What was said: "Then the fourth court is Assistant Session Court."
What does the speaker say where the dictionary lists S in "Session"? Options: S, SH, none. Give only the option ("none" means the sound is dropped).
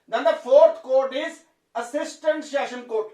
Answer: SH